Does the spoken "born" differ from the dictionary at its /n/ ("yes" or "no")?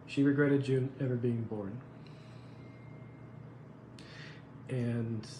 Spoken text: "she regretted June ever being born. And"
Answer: no